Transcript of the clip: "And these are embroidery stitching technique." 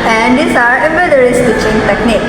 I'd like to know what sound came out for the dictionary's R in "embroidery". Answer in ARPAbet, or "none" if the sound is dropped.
none